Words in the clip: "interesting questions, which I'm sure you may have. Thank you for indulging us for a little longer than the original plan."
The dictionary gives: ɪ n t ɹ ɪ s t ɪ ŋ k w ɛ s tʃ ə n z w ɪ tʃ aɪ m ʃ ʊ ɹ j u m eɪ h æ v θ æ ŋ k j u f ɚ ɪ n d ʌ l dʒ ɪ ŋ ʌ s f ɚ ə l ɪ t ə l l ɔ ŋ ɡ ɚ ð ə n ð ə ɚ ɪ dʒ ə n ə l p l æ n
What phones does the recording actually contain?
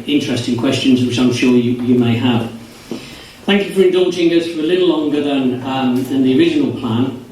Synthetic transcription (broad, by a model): ɪ n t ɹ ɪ s t ɪ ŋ k w ɛ s tʃ ə n z w ɪ tʃ aɪ m ʃ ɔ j j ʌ m eɪ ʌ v θ æ ŋ k j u f ɚ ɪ n d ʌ l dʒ ɪ ŋ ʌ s f ɚ ə l ɪ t l l ɔ ŋ ɡ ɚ ð ə n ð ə ɚ ɪ dʒ ə n ə l p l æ n